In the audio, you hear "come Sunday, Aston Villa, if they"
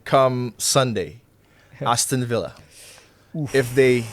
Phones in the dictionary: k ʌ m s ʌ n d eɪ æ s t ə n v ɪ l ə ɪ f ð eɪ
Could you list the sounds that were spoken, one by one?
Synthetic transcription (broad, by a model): k ʌ m s ʌ n d eɪ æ s t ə n v ɪ l ə ɪ f ð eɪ